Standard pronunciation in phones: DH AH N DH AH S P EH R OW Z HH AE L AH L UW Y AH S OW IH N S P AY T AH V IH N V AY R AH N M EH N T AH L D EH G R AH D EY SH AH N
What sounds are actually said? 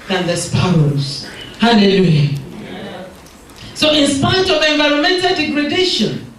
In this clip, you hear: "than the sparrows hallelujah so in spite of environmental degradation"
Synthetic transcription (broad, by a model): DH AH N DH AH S P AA W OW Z HH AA L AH L UW Y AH S OW IH N S P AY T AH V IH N V AY R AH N M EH N T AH L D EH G R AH D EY SH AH N